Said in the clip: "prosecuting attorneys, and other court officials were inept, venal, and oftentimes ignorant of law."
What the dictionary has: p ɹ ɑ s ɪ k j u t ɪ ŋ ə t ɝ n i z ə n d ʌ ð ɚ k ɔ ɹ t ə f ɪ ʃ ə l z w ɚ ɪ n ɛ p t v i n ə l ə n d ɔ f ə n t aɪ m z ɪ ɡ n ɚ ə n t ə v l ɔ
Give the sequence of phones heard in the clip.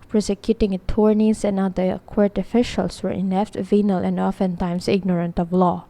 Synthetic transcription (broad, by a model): p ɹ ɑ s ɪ k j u t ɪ ŋ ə t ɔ n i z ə n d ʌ ɚ k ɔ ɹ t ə f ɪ ʃ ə l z w ɚ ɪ n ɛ f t v i n ə l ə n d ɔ f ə n t aɪ m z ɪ ɡ n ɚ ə n t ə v l ɔ